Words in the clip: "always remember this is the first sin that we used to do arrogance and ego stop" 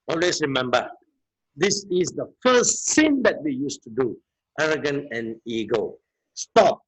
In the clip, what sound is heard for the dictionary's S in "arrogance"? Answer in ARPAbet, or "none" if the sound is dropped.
none